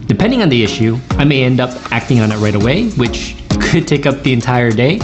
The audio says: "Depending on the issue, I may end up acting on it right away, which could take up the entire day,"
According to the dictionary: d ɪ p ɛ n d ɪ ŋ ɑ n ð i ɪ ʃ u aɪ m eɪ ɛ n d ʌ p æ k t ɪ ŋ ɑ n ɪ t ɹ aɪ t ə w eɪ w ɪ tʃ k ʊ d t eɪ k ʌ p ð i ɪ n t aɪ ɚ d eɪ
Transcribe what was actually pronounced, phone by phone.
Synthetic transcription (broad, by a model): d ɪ p ɛ n d ɪ ŋ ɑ n ð i ɪ ʃ u aɪ m eɪ ɛ n d ʌ p æ k t ɪ ŋ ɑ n ɪ t ɹ aɪ t ə w eɪ w ɪ tʃ k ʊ d t eɪ k ʌ p ð i ɪ n t aɪ ɚ d eɪ